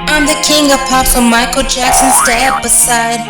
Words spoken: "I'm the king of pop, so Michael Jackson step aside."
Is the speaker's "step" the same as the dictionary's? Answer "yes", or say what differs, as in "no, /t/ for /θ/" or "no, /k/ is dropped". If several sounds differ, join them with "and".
no, /b/ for /p/